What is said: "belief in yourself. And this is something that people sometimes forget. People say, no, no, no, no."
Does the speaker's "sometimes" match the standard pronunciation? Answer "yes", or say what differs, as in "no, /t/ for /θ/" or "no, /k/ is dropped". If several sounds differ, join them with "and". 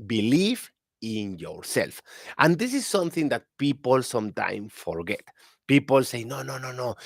no, /s/ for /z/